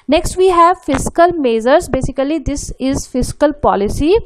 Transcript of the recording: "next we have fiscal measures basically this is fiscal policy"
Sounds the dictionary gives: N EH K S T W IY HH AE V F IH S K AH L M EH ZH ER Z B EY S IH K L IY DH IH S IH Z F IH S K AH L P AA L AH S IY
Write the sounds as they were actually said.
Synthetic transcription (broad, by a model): N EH K S T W IY HH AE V F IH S K AH L M EH Z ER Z B EY S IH K L IY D IH S IH Z F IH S K AH L P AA L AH S IY